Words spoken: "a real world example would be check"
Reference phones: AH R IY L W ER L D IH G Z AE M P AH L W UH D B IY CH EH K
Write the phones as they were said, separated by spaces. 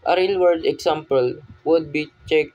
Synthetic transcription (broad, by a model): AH R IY L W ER D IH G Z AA M P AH L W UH D B IY CH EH K